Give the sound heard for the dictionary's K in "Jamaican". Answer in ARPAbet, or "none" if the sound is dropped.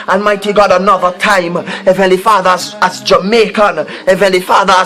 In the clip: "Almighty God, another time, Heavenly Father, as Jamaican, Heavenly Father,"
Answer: K